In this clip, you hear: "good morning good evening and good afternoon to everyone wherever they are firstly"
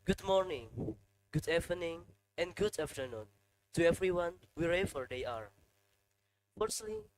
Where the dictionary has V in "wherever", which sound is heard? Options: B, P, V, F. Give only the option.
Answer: F